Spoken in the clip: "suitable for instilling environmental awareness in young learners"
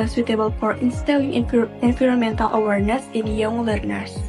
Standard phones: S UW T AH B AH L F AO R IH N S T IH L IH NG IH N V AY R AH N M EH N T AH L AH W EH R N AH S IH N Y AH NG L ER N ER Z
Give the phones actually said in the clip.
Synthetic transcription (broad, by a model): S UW T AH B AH L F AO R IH N S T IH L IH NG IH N F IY R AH M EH N T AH L AH W EH R N AH S IH N Y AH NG L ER N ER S